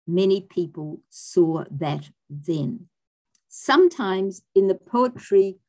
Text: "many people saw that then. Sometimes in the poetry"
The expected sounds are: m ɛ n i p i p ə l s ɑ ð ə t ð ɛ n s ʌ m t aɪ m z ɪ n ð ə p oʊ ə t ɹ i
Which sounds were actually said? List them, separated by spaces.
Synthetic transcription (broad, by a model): m ɛ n i p i p ə l s ɑ ð ə t ð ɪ n s ʌ m t aɪ m z ɪ n ð ə p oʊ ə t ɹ i